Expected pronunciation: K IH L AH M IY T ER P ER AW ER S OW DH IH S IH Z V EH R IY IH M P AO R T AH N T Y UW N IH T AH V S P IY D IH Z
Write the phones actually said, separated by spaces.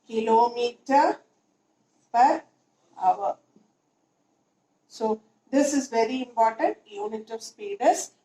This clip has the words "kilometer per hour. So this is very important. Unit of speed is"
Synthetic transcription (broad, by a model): K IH L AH M IY T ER P ER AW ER S OW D IH S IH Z V EH R IY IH M P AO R T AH N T Y UW N IH T AH V S P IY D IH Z